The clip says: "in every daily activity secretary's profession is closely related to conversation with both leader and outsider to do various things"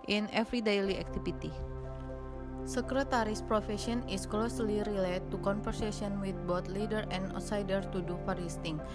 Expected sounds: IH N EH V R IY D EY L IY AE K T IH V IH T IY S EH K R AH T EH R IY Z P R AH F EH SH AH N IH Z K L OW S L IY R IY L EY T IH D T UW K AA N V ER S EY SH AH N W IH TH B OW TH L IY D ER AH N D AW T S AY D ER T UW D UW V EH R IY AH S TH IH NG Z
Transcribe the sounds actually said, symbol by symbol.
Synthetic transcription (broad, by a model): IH N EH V R IY D EY L IY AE K T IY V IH T IY S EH K R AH T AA R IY S P R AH F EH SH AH N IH S K L OW S L IY R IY L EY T T UW K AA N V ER S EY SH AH N W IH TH B OW T L IY D ER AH N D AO S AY D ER T UW D UW F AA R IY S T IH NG